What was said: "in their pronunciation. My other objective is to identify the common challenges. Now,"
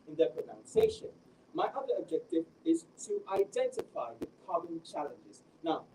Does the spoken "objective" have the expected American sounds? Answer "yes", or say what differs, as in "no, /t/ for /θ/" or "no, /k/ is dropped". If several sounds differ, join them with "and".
yes